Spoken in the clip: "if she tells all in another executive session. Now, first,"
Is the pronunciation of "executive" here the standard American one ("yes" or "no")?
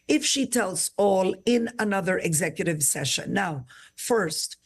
yes